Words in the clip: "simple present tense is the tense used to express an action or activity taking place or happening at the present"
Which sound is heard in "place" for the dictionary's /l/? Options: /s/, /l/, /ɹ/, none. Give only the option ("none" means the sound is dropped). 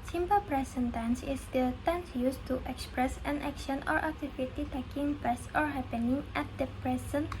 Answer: none